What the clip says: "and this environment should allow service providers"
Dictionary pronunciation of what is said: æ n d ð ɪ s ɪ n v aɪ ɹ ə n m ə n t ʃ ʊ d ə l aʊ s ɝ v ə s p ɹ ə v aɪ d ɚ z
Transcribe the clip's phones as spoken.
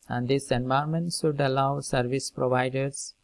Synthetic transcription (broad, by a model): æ n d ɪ s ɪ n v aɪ ə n m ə n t ʃ ʊ d ə l aʊ s ɝ v ə s p ɹ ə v aɪ d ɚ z